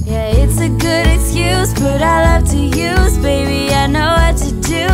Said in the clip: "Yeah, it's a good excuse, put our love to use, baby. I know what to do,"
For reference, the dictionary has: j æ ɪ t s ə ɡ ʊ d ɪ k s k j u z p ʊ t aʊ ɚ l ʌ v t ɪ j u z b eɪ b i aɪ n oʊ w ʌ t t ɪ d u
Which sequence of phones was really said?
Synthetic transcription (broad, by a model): j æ ɪ t s ə ɡ ʊ d ɪ k s k j u z b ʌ t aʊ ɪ l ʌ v t ɪ j u z b eɪ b i aɪ n oʊ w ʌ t t ɪ d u